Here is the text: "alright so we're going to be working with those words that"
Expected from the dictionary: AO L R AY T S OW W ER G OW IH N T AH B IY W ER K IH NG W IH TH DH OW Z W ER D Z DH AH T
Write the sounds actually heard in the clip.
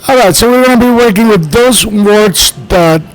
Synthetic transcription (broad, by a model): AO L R AY T S OW W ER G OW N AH B IY W ER K IH NG W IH DH OW Z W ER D S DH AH T